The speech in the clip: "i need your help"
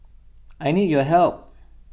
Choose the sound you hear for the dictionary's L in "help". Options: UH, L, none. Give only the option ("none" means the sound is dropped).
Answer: L